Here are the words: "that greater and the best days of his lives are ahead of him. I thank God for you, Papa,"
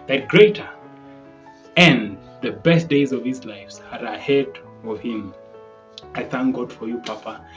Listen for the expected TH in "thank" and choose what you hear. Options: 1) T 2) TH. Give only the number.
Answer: 2